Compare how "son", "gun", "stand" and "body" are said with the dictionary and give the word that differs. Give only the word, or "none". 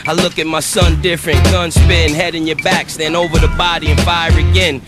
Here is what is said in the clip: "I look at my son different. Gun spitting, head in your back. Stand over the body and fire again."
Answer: stand